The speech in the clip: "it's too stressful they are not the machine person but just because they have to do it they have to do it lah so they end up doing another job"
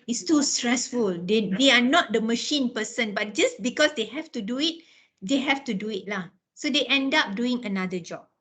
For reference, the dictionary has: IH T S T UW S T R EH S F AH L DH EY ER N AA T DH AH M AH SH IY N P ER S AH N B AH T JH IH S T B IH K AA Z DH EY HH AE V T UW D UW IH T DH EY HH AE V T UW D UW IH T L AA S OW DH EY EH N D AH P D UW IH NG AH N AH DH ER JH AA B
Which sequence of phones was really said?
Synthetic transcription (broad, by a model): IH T S T UW S T R EH S F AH L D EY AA N AA T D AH M AH SH IY N P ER S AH N B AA T JH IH S B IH K AA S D EY HH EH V T UW D UW IH T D EY HH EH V T UW D UW IH T L AA S OW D EY EH N D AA P D UW IH NG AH N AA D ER JH AA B